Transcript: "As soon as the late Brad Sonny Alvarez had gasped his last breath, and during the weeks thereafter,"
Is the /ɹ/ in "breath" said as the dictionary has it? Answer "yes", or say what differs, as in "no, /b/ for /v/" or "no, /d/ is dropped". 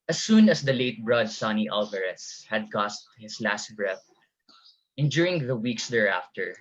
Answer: yes